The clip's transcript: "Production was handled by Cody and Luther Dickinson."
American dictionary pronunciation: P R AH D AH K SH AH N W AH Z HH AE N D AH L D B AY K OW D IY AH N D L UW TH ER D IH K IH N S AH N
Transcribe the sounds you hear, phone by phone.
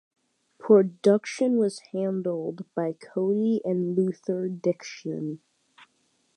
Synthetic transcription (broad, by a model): P R AH D AH K SH AH N W AH Z HH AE N D L D B AY K OW IY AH N L UW TH ER D IH K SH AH N